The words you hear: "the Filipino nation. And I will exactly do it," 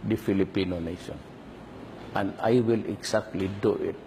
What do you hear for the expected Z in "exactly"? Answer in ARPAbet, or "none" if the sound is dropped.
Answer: S